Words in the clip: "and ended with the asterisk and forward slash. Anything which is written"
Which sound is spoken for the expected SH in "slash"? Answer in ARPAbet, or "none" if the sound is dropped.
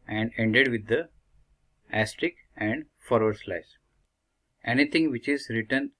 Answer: S